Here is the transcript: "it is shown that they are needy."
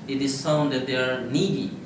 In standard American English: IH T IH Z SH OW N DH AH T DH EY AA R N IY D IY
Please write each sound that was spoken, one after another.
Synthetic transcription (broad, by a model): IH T IH Z S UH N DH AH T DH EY AA R N IY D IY